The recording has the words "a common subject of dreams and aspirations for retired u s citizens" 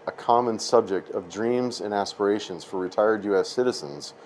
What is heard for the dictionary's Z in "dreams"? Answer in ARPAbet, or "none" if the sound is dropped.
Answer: Z